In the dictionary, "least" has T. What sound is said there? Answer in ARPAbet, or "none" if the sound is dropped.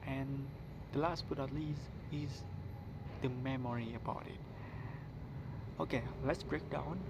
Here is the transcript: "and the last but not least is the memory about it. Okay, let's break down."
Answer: none